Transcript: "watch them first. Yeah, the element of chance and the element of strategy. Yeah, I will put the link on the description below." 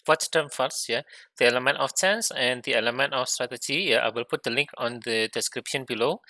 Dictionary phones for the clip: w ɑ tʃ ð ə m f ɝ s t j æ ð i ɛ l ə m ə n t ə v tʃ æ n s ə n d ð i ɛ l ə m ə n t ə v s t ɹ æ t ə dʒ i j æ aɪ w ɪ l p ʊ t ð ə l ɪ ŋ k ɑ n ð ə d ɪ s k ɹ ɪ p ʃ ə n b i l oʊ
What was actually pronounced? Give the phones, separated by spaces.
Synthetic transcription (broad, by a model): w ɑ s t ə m f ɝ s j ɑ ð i ɛ l ə m ə n t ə f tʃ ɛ n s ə n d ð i ɛ l ə m ə n t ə f s t ɹ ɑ t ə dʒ i j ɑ aɪ w ɪ l p ʊ t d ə l ɪ ŋ k ɑ n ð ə d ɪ s k ɹ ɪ p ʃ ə n b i l oʊ